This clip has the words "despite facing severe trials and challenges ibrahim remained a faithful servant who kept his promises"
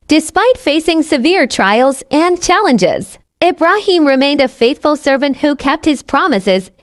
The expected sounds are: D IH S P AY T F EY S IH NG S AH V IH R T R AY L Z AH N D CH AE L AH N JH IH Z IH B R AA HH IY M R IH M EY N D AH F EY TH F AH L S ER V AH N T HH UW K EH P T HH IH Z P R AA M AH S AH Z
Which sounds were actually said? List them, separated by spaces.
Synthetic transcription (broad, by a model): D IH S P AY T F EY S IH NG S AH V IH R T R AY L Z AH N CH AE L AH N JH IH Z IH B R AA HH IY M R IH M EY N D AH F EY TH F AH L S ER V AH N T HH UW K EH P T HH IH Z P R AA M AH S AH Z